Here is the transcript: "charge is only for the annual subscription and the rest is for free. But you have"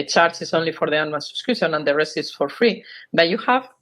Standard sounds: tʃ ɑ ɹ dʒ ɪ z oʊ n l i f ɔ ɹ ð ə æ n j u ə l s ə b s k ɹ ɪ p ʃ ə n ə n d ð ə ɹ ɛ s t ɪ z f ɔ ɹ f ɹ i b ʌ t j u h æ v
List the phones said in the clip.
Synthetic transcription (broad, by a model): tʃ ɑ ɹ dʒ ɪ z oʊ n l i f ɔ ɹ ð ə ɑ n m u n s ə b s k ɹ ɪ ʃ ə n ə n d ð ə ɹ ɛ s t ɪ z f ɔ ɹ f ɹ i b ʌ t j u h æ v